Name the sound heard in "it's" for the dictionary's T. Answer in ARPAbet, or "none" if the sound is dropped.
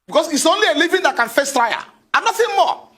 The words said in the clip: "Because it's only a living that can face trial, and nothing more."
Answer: T